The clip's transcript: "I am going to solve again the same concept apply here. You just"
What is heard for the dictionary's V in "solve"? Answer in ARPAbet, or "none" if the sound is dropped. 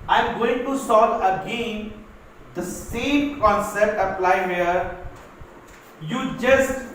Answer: none